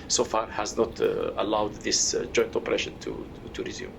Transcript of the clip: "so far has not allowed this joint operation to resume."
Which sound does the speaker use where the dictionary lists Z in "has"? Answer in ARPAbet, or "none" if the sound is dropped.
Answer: Z